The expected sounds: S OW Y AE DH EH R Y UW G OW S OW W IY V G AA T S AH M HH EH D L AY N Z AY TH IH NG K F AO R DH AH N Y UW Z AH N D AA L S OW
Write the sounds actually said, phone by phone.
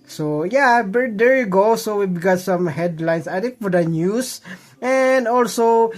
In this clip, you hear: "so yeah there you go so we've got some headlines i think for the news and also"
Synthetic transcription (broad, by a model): S OW Y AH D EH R Y UW G OW S OW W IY B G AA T S AH M HH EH D L AY N S AY T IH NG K F AO R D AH N Y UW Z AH N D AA L S OW